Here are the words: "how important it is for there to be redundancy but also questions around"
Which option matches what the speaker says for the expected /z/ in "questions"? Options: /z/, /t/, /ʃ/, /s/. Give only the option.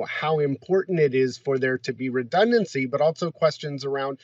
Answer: /z/